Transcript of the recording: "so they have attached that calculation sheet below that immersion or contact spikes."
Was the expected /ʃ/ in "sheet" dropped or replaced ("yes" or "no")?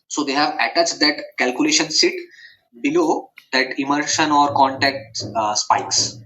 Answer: yes